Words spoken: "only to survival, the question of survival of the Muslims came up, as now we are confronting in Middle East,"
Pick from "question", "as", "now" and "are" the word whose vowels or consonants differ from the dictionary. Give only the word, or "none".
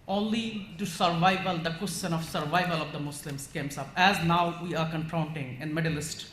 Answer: none